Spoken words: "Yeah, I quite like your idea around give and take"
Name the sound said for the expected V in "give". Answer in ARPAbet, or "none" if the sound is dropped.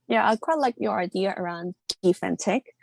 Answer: F